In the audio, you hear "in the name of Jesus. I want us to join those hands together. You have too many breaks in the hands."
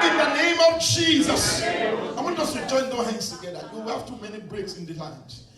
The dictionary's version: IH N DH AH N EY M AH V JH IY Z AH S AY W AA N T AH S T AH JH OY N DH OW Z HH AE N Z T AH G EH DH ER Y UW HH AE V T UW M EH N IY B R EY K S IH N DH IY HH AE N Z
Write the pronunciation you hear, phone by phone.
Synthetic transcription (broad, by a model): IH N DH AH N EY M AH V JH IY Z AH S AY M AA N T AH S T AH JH OY N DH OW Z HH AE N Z T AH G EH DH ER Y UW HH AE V T UW M EH N IY B R EY K S IH N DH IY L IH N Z